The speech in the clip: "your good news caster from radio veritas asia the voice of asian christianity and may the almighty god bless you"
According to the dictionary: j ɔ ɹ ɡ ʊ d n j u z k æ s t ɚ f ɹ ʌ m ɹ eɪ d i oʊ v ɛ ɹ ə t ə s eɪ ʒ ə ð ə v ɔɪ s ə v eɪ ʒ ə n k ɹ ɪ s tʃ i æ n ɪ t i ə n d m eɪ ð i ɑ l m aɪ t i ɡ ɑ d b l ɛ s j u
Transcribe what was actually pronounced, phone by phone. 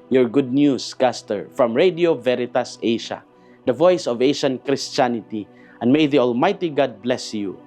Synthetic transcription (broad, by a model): j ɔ ɹ ɡ ʊ d n j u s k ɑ s t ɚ f ɹ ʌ m ɹ eɪ d i oʊ v ɛ ɹ ə t ə s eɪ ʃ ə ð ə v ɔɪ s ə v eɪ ʃ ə n k ɹ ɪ s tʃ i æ n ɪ t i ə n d m eɪ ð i ɑ l m aɪ t i ɡ ɑ d b l ɛ s j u